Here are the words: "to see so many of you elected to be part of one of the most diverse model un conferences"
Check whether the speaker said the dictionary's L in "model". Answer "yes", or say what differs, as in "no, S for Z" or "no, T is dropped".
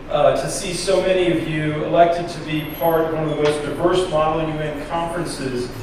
no, N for L